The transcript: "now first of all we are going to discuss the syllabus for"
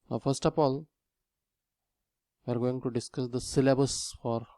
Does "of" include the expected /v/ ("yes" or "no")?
no